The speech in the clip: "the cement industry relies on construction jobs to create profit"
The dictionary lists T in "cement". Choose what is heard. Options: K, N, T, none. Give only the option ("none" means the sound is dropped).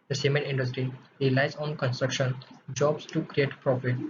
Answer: none